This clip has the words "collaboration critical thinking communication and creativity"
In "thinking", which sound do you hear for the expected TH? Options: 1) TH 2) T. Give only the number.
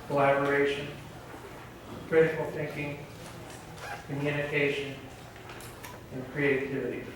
1